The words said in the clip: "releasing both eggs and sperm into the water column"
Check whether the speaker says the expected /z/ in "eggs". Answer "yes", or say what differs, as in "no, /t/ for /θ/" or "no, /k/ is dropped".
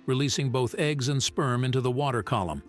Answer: yes